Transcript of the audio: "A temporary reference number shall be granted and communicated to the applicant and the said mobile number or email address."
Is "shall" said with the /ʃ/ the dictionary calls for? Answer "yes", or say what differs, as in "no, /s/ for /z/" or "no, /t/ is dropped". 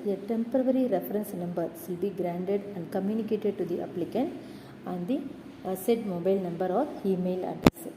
no, /s/ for /ʃ/